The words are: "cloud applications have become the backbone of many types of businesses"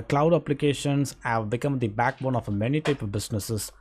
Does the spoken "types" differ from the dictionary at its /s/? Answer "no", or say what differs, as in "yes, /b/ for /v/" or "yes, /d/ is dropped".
yes, /s/ is dropped